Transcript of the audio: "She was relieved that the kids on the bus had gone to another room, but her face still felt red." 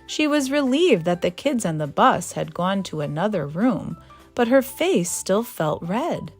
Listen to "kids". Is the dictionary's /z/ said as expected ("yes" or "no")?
yes